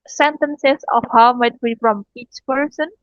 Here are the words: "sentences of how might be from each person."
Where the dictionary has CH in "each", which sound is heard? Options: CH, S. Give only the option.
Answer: CH